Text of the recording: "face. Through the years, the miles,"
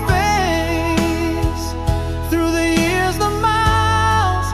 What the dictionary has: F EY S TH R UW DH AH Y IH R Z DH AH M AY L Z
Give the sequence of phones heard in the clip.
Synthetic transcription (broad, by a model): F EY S TH R UW DH AH Y IH R Z DH AH M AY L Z